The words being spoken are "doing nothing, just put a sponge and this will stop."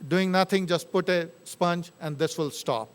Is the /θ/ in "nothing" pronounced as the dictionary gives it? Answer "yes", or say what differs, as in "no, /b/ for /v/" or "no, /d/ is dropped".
no, /t/ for /θ/